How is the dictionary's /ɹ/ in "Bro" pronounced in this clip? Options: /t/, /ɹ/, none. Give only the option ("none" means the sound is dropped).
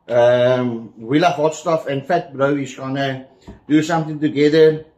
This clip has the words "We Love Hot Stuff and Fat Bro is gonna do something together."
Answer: /ɹ/